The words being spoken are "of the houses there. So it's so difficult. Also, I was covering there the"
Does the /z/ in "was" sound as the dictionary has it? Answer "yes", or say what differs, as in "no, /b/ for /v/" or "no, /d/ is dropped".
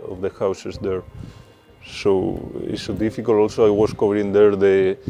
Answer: no, /s/ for /z/